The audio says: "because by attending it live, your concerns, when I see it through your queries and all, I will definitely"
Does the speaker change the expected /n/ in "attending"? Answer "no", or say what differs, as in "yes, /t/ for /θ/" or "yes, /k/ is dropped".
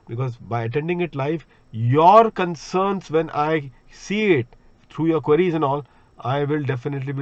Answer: no